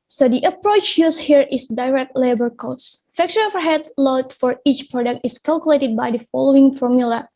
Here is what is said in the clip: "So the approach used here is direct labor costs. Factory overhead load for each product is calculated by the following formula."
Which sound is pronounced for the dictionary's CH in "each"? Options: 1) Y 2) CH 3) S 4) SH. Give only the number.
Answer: 2